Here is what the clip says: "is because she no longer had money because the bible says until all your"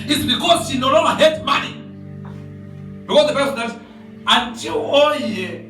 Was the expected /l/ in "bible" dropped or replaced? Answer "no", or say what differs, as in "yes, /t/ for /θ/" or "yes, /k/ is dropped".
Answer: yes, /n/ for /l/